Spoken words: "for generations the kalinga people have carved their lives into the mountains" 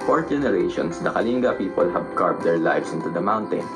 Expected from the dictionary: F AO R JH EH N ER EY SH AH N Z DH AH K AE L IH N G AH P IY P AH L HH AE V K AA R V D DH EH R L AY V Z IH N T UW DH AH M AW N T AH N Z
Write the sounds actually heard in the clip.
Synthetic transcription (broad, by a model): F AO R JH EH N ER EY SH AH N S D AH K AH L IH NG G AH P IY P AH L HH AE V K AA R P D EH R L AY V S IH N T UW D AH M AW N T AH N